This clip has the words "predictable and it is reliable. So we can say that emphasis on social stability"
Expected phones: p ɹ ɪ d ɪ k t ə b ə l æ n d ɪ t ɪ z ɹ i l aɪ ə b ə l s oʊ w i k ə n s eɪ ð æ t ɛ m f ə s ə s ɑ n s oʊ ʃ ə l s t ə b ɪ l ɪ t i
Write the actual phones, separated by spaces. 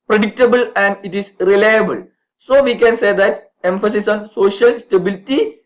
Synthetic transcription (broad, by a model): p ɹ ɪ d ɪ k t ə b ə l æ n d ɪ t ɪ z ɹ i l aɪ ə b ə l s oʊ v i k ə n s eɪ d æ t ɛ m f ə s ə s ɑ n s oʊ ʃ ə l s t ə b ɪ l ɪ t i